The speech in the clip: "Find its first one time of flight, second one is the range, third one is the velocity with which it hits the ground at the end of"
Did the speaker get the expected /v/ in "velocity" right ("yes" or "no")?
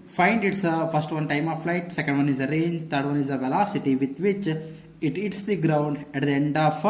yes